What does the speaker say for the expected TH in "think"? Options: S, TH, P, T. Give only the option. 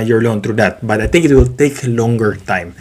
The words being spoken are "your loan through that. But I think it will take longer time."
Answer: T